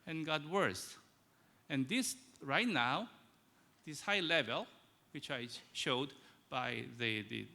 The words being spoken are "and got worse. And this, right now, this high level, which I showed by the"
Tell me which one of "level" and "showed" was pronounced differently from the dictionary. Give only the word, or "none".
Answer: none